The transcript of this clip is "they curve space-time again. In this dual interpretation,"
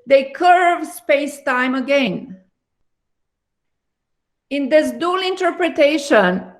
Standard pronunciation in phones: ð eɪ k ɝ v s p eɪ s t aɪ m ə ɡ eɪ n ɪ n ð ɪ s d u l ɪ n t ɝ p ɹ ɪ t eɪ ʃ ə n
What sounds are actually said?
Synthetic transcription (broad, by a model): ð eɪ k ɝ v s p eɪ s t aɪ m ə ɡ eɪ n ɪ n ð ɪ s d u l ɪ n t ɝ p ɹ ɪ t eɪ ʃ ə n